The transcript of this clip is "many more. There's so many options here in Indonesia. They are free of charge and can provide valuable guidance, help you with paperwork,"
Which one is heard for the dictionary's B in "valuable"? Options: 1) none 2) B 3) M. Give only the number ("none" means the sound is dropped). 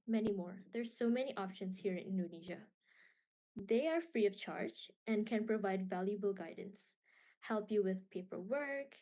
2